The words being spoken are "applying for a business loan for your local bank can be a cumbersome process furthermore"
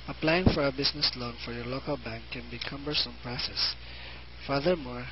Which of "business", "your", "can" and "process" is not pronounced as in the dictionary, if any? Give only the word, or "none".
business